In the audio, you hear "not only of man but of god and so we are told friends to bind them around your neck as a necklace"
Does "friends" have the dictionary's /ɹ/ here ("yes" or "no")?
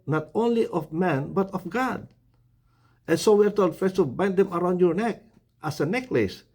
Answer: no